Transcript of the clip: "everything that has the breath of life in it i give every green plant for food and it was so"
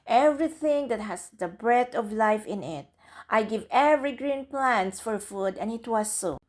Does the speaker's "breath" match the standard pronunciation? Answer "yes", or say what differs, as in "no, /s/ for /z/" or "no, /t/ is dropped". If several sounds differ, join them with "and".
no, /t/ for /θ/